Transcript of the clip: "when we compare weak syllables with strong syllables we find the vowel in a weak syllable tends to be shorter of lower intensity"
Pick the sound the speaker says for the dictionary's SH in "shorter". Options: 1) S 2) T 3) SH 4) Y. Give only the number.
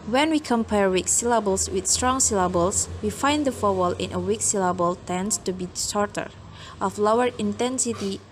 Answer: 1